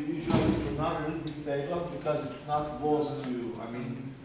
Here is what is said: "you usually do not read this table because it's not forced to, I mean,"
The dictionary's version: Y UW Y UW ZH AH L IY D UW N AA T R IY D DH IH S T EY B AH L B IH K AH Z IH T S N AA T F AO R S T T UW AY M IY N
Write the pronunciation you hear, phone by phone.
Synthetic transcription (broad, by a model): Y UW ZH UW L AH IY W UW N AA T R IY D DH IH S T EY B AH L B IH K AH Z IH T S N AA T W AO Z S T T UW AY M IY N